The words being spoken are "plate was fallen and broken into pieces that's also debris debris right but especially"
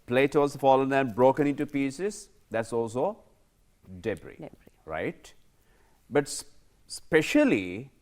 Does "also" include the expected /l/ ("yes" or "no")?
yes